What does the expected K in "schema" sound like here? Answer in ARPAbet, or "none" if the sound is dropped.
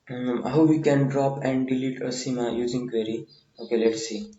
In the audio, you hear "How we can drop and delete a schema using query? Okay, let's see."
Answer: none